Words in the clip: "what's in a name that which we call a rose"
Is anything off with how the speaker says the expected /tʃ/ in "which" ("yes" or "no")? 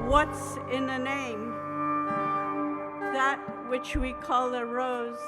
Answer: no